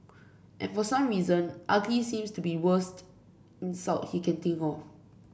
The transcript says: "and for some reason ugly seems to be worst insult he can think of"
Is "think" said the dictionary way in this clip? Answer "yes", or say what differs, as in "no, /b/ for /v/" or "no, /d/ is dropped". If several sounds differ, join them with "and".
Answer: no, /t/ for /θ/